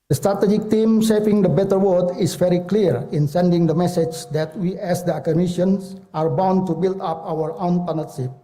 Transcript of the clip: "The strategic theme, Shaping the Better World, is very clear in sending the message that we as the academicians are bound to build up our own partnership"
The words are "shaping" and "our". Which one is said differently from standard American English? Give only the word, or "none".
shaping